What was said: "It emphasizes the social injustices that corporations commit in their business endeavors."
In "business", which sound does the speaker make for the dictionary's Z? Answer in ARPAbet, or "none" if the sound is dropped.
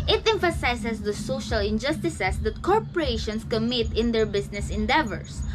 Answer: S